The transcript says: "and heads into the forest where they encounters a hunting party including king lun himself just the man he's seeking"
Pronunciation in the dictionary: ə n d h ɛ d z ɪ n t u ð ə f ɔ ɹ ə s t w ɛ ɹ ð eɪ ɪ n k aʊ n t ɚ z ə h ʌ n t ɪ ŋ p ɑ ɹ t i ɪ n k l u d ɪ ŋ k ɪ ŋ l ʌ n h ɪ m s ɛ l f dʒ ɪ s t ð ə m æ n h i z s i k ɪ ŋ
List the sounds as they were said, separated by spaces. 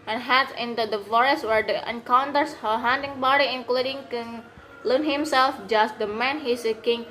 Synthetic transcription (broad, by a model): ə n h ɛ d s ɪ n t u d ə f ɔ ɹ ə s t w ɛ ɹ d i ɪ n k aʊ n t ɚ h ə h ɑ n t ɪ ŋ b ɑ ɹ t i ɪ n k l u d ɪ ŋ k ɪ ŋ l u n h ɪ m s ɛ l f dʒ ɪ s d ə m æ n h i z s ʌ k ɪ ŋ